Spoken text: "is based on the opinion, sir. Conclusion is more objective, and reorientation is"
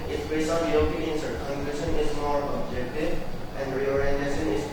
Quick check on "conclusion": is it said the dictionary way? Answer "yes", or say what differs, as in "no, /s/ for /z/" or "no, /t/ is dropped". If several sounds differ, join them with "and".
no, /ʃ/ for /ʒ/